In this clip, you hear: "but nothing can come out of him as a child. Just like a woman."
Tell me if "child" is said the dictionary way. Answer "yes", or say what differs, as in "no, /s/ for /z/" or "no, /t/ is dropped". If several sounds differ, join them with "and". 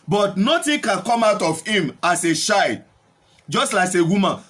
no, /ʃ/ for /tʃ/ and /l/ is dropped